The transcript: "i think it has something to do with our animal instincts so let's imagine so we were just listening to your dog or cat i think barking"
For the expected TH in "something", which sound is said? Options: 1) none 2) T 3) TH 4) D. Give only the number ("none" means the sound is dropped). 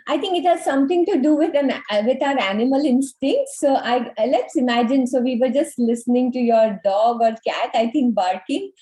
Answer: 2